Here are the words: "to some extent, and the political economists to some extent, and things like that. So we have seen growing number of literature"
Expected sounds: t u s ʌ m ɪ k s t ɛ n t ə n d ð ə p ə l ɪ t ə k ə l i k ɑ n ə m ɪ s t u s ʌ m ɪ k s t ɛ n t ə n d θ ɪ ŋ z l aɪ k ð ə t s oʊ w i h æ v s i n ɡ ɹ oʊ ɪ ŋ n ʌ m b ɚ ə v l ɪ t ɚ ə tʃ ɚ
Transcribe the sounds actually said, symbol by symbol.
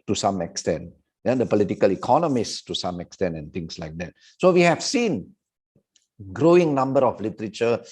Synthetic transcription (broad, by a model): t u s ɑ m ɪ k s t ɛ n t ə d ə p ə l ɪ t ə k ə l i k ɑ n ə m ɪ s t u s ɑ m ɪ k s t ɛ n t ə n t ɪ ŋ s l aɪ k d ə t s oʊ w i h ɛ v s i n ɡ ɹ oʊ ɪ ŋ n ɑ m b ɚ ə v l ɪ t ɚ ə tʃ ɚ